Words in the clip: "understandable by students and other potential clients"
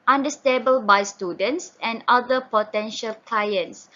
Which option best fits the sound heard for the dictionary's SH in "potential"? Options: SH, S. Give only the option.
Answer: SH